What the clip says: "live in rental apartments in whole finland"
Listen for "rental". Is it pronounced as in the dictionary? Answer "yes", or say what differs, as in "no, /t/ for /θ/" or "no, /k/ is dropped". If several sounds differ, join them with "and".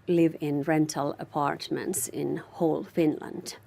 yes